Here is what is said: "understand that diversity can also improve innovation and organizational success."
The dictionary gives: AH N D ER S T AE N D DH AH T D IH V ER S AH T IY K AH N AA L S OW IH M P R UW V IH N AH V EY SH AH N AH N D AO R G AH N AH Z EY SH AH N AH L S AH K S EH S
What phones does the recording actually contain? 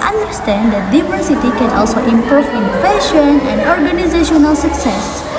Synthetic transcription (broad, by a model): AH N D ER S T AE N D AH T D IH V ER S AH T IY K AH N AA L S OW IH M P UW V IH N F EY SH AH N AH N D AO R G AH N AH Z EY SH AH N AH L S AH K S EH S